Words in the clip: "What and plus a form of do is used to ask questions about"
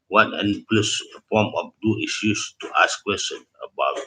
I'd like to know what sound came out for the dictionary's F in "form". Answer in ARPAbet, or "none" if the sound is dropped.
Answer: P